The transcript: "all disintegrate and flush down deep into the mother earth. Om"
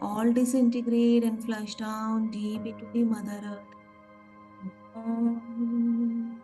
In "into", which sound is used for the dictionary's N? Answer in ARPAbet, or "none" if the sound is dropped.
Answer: none